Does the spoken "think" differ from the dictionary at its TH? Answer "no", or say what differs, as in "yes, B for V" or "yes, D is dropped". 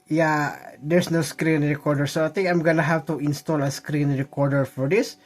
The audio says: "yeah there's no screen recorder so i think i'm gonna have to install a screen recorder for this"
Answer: yes, T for TH